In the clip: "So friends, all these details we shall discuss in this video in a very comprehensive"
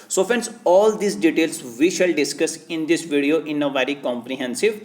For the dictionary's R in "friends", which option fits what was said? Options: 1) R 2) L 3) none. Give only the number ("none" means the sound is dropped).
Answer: 3